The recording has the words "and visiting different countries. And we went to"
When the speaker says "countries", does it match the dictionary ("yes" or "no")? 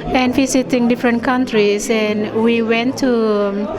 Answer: no